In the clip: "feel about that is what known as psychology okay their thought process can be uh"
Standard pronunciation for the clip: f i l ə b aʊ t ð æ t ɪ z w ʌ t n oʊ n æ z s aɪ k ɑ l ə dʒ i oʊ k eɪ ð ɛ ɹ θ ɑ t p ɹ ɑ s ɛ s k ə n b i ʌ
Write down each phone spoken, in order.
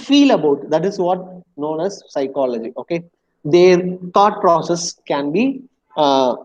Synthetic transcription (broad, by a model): f i l ə b aʊ t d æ t ɪ z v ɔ t n oʊ n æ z s aɪ k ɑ l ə dʒ i oʊ k eɪ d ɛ ɹ t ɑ t p ɹ ɑ s ɛ s k ə n b i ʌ